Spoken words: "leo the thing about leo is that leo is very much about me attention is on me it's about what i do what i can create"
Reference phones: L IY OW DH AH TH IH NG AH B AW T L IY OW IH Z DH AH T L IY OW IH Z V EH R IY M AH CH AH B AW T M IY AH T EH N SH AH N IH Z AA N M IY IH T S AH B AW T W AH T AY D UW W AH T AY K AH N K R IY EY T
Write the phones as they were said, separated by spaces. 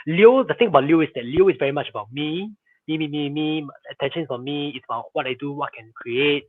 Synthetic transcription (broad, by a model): L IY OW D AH T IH NG AH B AW T L IY OW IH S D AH T L IY OW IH S V EH R IY M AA CH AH B AW T M IY AH T EH N SH AH N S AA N M IY IH T S AH B AW T W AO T AY D UW W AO T K AH N K R IY EY T